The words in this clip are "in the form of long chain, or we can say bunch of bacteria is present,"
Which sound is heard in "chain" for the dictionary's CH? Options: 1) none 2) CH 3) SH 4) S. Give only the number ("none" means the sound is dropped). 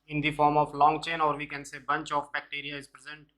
2